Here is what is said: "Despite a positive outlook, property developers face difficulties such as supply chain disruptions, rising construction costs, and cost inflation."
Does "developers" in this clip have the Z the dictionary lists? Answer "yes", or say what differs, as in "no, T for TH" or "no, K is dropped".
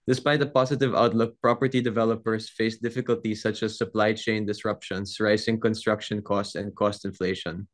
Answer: no, S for Z